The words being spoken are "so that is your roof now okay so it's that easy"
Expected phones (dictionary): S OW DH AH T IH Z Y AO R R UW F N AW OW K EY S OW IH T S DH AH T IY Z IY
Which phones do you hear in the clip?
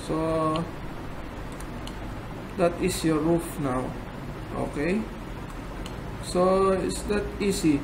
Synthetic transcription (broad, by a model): S OW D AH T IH S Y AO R R UW F N AW OW K EY S OW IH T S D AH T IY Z IY